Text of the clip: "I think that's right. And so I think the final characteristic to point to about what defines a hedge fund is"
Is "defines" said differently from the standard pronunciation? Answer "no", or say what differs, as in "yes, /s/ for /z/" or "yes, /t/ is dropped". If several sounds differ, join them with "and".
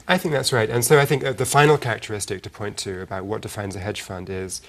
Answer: no